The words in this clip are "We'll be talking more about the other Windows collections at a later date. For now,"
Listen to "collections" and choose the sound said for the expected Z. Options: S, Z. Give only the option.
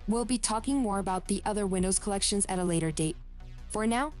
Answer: Z